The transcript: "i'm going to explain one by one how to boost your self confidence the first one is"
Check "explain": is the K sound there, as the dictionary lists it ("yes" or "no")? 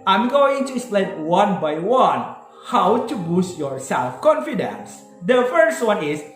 no